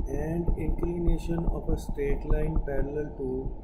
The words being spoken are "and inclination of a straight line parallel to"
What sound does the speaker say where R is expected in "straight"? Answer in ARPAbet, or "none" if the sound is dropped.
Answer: R